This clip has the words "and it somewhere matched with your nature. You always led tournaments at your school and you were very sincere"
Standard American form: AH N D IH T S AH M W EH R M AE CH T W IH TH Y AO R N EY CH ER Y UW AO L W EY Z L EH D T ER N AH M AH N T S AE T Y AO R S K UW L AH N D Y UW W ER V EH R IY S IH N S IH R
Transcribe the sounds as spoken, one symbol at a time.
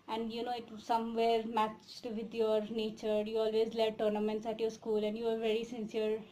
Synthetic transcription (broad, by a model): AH N D IH T S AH M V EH R M AE CH T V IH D Y AO R N EY CH ER Y UW AO L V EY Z L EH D T ER N AH M AH N T S AE T Y AO R S K UW L AH N D Y UW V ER V EH R IY S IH N S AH R